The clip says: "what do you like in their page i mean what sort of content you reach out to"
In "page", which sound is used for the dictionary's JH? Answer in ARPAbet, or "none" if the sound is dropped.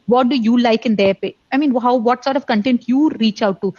none